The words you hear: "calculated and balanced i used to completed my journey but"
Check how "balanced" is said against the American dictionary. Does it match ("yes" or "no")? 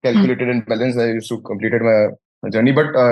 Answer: no